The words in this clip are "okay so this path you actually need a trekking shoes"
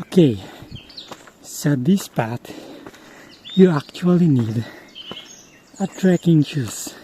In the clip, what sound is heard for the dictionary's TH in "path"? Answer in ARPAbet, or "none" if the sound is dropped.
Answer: T